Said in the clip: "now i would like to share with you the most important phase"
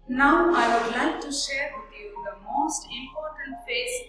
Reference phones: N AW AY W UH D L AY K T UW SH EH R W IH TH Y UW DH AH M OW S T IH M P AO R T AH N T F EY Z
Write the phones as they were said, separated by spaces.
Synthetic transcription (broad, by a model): N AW AY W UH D L AY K T UW SH EH R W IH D Y UW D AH M OW S T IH M P AO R T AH N T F EY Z